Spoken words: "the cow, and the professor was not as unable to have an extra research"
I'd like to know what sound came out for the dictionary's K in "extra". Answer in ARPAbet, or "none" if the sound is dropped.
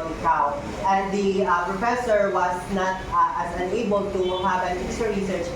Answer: none